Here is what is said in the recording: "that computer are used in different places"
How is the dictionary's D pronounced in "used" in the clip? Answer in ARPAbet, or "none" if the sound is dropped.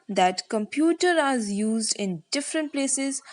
D